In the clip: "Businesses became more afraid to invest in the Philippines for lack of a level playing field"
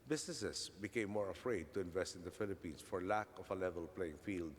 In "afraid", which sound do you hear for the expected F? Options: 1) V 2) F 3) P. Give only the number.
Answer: 2